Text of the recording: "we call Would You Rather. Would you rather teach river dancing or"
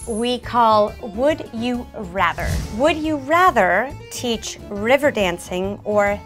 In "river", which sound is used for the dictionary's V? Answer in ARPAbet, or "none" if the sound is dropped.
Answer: V